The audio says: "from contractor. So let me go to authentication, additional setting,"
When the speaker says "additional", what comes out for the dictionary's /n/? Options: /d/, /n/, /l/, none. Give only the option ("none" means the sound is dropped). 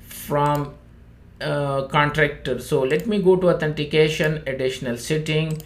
/n/